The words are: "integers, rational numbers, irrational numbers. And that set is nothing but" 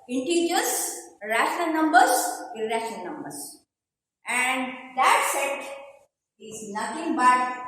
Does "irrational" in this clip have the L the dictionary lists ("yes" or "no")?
no